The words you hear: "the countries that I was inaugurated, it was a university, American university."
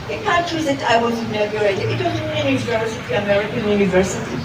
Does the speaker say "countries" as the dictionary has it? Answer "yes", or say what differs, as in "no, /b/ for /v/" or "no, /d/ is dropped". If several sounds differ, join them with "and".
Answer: no, /n/ is dropped